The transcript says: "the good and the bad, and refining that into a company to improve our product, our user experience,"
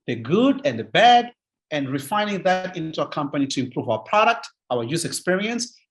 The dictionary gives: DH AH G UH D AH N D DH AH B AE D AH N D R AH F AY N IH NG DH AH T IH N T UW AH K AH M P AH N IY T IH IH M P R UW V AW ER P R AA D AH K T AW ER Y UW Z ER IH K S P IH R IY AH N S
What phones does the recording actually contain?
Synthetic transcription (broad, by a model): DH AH G UH D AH N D DH AH B AE D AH N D R AH F AY N IH NG DH AH T IH N T UW AH K AH M P AH N IY T IH IH M P R UW V AW ER P R AA D AH K T AW ER Y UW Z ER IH K S P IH R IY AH N S